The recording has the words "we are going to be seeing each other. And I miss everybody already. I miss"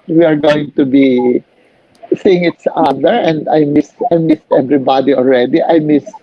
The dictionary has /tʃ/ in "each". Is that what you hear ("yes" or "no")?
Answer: no